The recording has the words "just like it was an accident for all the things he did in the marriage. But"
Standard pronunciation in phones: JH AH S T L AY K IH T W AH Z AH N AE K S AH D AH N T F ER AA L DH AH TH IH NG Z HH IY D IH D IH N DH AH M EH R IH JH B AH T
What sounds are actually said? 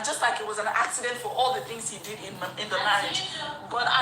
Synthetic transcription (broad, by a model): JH AH S T L AY K IH T W AH Z AH N AE K S AH D AH N T F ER AA L DH AH TH IH NG Z HH IY D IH D IH N DH AH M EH IH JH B AH T